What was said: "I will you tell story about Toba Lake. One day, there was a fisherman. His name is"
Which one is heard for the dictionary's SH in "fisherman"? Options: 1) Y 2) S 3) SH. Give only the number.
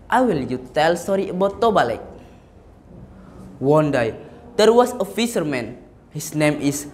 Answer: 2